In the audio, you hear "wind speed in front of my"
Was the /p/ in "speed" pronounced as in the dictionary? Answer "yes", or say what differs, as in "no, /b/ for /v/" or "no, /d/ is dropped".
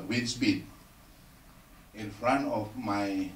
no, /b/ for /p/